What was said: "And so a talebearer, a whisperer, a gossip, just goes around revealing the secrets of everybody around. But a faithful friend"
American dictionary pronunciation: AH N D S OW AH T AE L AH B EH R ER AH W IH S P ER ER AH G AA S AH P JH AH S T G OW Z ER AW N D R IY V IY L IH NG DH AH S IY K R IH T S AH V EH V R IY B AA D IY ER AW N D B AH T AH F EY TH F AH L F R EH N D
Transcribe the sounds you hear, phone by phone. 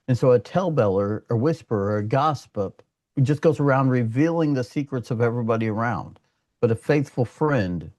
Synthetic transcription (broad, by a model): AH N S OW AH T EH L B EH L ER AH W IH S P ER ER AH G AA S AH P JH AH S G OW Z ER AW N D R IY V IY L IH NG DH AH S IY K R IH T S AH V EH V R IY B AA D IY ER AW N D B AH T AH F EY TH F L F R EH N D